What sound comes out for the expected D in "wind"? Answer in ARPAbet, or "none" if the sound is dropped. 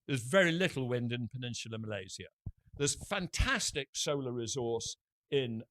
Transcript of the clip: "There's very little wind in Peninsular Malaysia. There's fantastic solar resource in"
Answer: D